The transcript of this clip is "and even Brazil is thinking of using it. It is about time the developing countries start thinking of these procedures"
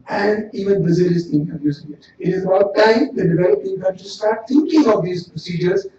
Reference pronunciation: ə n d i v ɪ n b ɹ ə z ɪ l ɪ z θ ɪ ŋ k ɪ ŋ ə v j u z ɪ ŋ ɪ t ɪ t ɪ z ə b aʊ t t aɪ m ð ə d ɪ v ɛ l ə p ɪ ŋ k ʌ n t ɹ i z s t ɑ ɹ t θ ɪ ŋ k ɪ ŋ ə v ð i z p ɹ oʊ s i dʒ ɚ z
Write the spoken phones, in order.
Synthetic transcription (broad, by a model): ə n d i v ɪ n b ə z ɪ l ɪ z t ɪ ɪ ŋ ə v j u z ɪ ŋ ɪ t ɪ t ɪ z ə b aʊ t t aɪ m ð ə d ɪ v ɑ ə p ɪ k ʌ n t i s t ɑ ɹ t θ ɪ ŋ k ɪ ŋ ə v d i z p ɹ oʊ s i dʒ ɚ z